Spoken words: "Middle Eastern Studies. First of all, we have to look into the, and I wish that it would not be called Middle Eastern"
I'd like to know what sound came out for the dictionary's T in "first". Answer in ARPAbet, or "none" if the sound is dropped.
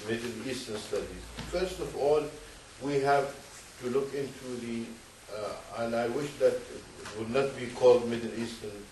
T